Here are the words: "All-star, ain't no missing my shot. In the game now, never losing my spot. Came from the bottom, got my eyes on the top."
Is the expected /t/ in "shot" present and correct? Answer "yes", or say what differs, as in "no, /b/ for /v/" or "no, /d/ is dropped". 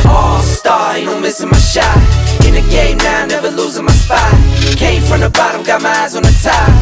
no, /t/ is dropped